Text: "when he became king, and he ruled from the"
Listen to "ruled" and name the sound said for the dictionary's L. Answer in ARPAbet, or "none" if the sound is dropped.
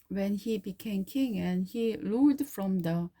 none